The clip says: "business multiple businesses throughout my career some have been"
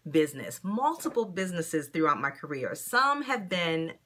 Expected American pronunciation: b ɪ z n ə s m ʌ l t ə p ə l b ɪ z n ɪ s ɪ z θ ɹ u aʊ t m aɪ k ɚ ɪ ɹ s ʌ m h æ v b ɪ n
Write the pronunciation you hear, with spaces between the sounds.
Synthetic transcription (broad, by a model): b ɪ z n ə s m ʌ l t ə p l b ɪ z n ɪ s ɪ z θ ɹ u aʊ t m aɪ k ɚ ɪ ɹ s ʌ m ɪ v b ɪ n